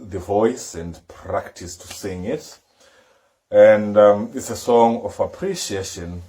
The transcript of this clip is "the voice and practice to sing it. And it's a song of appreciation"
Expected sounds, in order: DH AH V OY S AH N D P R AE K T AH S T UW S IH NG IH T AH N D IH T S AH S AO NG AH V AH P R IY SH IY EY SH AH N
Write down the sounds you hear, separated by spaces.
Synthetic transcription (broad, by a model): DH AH V OY S AH N D P R AE K T AH S T UW S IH NG IH T AH N D IH T S AH S AO NG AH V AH P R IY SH IY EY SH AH N